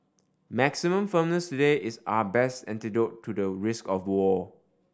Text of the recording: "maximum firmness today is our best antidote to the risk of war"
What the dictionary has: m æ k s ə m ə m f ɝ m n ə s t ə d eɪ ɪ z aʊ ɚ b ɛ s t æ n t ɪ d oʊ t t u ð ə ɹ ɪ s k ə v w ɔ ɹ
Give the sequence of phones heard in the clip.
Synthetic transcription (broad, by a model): m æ k s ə m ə m f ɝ m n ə s t ə d eɪ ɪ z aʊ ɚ b ɛ s t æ n t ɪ d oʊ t t u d ə ɹ ɪ s k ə f w ɔ